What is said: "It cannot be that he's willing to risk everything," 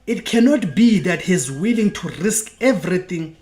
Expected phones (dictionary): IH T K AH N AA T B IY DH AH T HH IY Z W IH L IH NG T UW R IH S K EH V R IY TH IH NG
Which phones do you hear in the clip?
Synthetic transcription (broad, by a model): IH T K AH N AA T B IY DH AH T HH IY Z W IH L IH NG T UW R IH S K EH V R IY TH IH NG